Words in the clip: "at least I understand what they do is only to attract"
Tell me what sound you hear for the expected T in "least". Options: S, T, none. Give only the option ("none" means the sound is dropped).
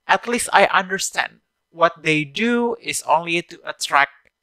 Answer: T